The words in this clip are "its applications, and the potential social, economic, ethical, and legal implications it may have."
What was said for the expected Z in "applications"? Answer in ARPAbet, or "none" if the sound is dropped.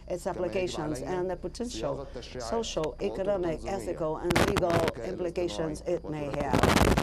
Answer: Z